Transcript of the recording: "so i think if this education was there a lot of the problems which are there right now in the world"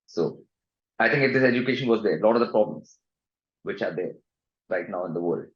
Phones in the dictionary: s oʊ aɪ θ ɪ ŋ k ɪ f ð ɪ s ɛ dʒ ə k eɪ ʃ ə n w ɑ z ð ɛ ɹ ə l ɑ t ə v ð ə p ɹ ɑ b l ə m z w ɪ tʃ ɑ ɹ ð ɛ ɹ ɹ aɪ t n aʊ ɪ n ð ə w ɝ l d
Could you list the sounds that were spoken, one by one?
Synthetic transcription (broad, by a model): s oʊ aɪ t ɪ ŋ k ɪ f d ɪ s ɛ dʒ ə k eɪ ʃ ə n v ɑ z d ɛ ə l ɑ t ə v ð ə p ɹ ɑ b l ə m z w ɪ tʃ ɑ ɹ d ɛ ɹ ɹ aɪ t n aʊ ɪ n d ə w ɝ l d